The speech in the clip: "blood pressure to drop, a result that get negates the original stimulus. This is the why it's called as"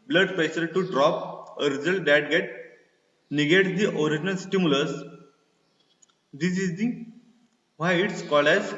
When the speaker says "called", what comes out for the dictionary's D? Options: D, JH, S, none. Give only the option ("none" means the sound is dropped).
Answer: none